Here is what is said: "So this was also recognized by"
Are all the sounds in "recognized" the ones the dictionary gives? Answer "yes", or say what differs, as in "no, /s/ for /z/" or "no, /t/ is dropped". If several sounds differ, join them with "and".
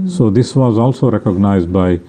yes